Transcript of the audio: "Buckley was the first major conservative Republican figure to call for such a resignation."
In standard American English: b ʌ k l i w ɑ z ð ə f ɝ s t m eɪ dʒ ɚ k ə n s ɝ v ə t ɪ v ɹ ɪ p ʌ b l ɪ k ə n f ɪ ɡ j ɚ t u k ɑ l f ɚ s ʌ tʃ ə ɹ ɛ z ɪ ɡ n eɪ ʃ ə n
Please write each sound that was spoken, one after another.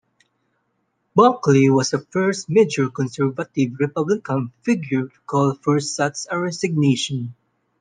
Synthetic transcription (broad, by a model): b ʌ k l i w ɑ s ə f ɝ s t m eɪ dʒ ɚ k ə n s ɝ v ə t ɪ v ɹ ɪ p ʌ b l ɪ k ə n f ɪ ɡ j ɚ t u k ɑ l f ɚ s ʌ s ə ɹ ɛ s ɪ ɡ n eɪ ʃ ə n